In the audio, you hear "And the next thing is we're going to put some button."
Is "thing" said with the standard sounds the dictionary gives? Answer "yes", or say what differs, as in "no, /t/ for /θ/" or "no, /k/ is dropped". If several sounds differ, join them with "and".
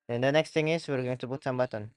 no, /t/ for /θ/